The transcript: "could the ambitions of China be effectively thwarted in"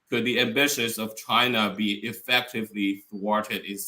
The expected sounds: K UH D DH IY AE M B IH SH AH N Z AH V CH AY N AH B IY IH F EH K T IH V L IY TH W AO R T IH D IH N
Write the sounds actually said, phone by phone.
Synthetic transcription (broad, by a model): K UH D DH IY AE M B IH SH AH Z AH V CH AY N AH B IY IH F EH K T IH V L IY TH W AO R T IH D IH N